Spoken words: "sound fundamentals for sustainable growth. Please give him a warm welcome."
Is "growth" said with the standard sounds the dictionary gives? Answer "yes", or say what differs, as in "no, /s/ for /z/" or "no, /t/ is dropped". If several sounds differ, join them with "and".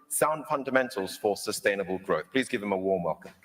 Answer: yes